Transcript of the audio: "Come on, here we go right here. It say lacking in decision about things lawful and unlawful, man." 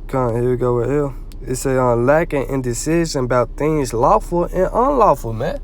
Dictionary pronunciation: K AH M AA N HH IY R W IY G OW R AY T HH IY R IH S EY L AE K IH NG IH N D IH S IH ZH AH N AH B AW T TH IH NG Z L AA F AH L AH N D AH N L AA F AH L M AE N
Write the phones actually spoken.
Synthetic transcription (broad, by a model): K AA N HH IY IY G OW W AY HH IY L IH S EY L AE K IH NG IH N D IH S IH ZH AH N AH B AW T TH IH NG Z L AA F AH L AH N AH N L AA F AH L M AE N